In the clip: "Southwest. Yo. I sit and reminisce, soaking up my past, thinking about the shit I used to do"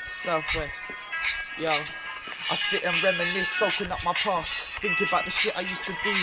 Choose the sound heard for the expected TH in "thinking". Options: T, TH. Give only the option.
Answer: TH